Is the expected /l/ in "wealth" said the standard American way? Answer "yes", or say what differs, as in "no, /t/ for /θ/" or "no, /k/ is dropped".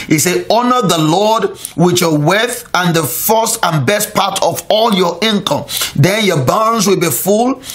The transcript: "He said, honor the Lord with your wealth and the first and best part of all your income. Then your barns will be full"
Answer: no, /l/ is dropped